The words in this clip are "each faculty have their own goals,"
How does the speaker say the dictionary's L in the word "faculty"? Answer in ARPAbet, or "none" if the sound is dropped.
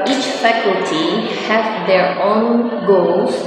L